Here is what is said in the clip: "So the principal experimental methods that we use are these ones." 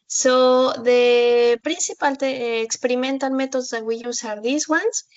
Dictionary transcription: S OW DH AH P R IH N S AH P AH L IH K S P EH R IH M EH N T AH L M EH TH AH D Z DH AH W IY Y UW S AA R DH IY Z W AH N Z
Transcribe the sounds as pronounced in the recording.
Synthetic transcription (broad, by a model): S OW DH AH P R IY N S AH P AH L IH K S P EH R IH M EH N T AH N M EH T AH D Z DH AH W IY Y UW S AA R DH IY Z W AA N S